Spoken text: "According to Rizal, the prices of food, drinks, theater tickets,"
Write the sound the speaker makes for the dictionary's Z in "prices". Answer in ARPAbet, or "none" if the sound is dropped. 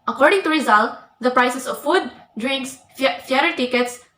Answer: S